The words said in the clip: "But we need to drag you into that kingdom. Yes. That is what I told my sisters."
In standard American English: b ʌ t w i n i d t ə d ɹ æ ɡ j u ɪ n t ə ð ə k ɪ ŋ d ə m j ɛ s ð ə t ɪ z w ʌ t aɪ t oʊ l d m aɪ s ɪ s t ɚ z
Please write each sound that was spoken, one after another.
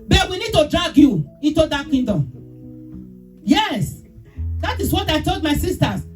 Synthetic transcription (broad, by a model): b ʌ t w i n i d t ə d ɹ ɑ ɡ j u ɪ n t ə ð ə k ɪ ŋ d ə m j ɛ s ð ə t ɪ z w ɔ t aɪ t oʊ l d m aɪ s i s t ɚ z